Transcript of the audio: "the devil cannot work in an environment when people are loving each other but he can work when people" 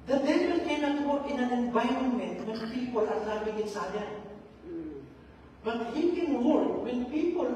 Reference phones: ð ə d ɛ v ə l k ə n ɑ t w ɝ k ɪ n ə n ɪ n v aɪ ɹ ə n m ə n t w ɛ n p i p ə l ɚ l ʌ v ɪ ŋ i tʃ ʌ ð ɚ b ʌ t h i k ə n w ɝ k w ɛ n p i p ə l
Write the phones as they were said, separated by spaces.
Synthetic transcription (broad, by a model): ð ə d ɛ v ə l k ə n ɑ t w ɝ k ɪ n ə n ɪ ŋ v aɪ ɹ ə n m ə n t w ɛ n p i p ə l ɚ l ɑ b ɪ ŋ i s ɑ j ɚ b ʌ t h i k ə n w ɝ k w ɛ n p i p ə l